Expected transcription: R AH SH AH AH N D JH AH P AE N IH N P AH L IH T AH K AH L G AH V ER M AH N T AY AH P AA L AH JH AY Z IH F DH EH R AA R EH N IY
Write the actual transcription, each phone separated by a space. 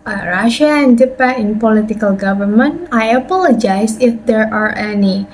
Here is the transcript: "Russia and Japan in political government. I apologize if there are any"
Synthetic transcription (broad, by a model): R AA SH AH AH N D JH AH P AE IH N P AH L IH T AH K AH L G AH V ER M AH N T AY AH P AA L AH JH AY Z IH F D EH R AA R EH N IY